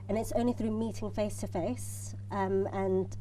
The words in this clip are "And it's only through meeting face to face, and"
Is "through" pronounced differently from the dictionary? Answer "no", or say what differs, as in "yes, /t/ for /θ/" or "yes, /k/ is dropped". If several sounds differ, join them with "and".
no